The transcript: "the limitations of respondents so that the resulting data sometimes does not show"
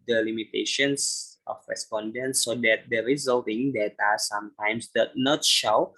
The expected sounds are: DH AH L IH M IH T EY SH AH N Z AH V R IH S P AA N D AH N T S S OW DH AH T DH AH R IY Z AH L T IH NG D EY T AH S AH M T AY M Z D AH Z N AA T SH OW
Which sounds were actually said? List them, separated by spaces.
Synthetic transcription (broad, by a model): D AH L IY M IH T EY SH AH N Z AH F R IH S P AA N D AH N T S S OW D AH T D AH R IY Z AH L T IH NG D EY T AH S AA M T AY M S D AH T N AA T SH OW